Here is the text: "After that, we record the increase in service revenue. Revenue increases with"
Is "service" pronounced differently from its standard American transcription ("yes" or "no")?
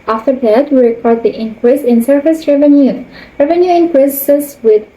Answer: yes